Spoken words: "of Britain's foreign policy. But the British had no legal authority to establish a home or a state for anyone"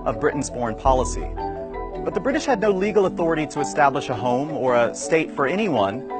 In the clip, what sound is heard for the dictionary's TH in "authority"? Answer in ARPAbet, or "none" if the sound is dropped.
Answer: TH